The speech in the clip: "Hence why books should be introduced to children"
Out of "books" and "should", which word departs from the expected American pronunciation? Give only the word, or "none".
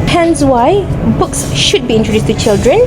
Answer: none